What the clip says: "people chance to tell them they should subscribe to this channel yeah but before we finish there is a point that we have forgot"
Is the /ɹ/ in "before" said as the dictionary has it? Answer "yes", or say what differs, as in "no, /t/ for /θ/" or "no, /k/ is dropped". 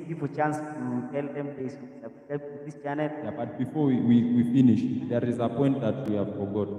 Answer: no, /w/ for /ɹ/